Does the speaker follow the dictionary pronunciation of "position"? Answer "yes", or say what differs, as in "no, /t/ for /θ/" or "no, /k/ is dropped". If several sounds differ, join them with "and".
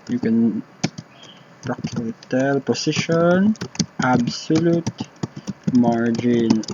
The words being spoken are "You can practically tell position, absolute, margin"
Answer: no, /s/ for /z/